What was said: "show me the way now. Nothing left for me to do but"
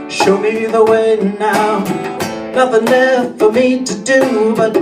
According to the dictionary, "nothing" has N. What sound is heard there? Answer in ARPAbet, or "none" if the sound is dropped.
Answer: L